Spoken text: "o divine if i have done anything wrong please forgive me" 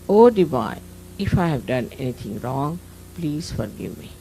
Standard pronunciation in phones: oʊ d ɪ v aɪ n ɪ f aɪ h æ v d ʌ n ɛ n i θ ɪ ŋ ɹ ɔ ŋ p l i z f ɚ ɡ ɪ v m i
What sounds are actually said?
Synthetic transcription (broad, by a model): oʊ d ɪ b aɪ ɪ f aɪ h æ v d ʌ n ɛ n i t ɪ ŋ ɹ ɔ ŋ p l i z f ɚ ɡ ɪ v m i